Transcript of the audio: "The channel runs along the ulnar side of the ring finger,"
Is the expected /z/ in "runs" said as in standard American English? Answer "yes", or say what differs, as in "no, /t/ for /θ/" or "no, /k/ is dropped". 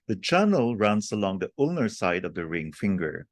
no, /s/ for /z/